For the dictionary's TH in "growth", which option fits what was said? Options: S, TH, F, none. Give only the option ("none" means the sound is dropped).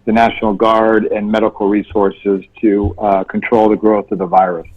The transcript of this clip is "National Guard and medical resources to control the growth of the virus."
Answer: TH